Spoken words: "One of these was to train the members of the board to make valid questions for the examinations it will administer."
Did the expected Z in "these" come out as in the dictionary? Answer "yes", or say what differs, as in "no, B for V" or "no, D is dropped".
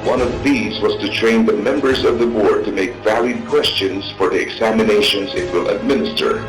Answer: yes